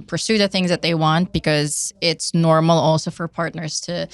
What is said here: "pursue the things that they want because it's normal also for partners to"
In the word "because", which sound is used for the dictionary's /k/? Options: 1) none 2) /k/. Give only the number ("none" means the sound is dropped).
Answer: 2